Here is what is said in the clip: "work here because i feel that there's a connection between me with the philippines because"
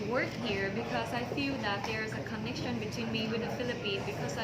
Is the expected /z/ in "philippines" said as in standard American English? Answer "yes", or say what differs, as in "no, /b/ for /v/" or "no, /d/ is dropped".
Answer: no, /z/ is dropped